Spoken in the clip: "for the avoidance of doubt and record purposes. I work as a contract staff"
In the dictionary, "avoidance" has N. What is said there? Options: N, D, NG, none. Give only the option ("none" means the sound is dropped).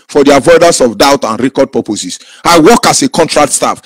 none